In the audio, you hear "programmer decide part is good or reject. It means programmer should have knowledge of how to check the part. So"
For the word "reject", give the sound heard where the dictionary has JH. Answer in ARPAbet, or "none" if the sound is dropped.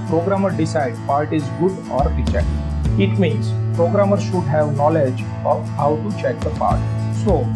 CH